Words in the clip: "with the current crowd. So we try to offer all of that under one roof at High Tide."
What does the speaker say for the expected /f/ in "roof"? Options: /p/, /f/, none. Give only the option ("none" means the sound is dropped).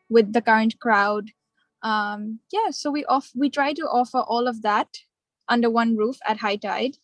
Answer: /f/